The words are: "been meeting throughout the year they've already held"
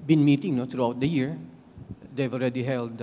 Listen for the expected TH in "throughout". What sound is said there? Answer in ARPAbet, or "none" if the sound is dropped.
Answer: T